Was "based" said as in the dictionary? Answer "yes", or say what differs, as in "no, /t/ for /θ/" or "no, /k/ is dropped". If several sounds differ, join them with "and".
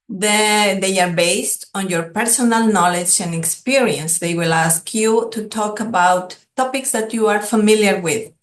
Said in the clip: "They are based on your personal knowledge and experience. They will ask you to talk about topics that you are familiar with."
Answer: yes